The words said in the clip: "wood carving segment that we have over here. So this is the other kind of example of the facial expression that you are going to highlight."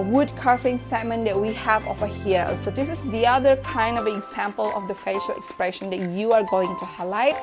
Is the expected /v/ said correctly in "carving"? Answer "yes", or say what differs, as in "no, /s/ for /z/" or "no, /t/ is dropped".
no, /f/ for /v/